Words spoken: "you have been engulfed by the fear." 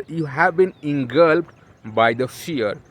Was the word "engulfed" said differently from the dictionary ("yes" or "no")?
yes